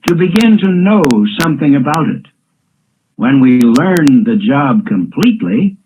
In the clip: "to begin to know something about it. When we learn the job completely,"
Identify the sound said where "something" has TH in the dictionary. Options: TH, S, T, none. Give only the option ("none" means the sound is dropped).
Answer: TH